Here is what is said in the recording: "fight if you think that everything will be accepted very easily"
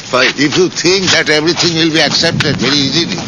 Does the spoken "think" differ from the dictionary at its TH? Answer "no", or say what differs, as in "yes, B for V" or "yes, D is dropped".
yes, T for TH